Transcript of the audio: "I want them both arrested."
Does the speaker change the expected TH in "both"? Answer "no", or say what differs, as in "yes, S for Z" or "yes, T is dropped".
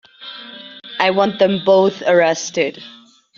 no